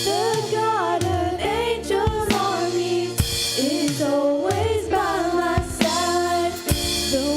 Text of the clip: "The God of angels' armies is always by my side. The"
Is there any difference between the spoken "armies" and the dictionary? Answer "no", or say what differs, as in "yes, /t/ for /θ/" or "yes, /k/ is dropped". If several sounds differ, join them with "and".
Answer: yes, /z/ is dropped